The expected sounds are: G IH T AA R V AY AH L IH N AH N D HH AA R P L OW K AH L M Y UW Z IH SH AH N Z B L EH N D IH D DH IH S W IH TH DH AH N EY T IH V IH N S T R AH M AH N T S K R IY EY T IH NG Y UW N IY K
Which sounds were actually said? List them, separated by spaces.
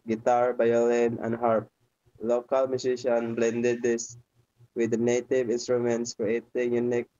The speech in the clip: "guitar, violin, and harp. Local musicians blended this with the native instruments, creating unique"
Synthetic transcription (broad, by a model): G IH T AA R B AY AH L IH N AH N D HH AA R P L OW K AH L M Y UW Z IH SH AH N B L EH N D IH D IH S W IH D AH N EY T IH V IH N S T R AH M AH N T S K R IY EY T IH NG Y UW N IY K